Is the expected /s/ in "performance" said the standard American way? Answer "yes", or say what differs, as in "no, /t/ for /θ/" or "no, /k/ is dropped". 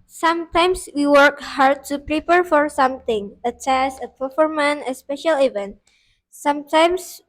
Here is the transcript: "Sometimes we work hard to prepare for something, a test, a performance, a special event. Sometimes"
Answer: no, /s/ is dropped